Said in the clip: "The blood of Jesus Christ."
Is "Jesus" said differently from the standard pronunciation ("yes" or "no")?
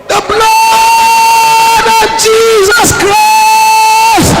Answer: no